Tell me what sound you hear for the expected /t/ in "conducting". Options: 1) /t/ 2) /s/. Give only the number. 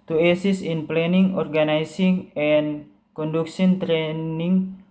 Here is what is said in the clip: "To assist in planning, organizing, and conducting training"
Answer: 2